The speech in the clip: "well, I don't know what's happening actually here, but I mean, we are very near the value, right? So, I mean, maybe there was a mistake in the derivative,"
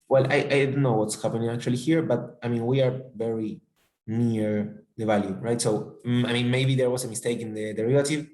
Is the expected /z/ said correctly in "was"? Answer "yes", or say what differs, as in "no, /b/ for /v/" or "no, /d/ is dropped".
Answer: no, /s/ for /z/